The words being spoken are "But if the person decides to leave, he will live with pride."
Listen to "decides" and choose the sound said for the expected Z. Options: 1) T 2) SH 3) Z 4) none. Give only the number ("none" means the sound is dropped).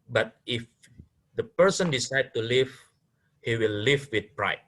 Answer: 4